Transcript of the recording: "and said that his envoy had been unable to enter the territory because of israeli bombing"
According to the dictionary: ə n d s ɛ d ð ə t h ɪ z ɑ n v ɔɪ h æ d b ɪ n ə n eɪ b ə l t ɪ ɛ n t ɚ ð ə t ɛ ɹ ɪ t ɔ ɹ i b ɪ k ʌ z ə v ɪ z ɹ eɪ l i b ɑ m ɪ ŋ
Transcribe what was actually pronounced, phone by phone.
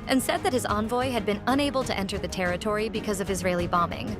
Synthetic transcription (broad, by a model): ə n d s ɛ d ð ə t h ɪ z ɑ n v ɔɪ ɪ d b ɪ n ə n eɪ b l t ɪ ɛ n t ɚ ð ə t ɛ ɹ ɪ t ɔ ɹ i b ɪ k ʌ z ə v ɪ z ɹ eɪ l i b ɑ m ɪ ŋ